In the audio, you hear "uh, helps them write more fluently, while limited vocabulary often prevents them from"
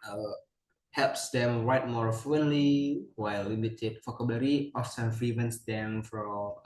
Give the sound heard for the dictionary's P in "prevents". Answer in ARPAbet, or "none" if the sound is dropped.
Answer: F